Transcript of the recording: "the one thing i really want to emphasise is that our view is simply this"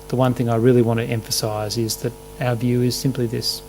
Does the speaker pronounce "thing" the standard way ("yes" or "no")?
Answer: yes